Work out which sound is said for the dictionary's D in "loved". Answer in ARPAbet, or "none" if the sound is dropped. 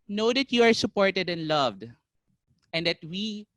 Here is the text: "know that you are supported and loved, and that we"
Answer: D